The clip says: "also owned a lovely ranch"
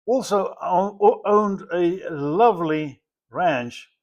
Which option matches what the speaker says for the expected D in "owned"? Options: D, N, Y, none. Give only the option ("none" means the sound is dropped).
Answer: D